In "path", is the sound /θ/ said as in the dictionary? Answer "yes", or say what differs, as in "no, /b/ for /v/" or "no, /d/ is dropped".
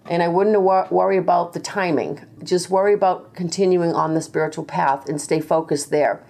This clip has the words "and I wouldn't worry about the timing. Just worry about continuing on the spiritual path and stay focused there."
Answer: yes